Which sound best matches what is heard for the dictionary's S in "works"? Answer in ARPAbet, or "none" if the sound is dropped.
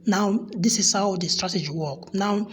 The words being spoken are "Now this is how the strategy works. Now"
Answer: none